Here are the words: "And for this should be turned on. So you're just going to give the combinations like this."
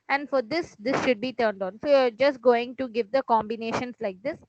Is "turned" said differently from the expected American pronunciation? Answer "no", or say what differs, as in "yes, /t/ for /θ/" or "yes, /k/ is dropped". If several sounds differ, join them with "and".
no